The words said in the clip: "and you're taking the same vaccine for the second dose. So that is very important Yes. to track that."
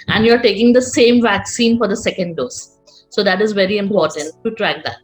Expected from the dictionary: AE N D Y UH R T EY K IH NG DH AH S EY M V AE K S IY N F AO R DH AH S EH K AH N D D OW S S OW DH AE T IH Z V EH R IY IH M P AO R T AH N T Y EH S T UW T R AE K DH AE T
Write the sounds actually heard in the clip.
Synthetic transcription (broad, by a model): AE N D Y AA R T EY K IH NG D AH S EY M V AE K S IY N F AO R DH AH S EH K AH N D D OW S S OW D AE T IH Z V EH R IY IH M P AO R T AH N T T UW T R AE K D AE T